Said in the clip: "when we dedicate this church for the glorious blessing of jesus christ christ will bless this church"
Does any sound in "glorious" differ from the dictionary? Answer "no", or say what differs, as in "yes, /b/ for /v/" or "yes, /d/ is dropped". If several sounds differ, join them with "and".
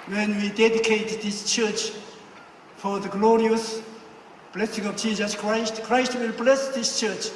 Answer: no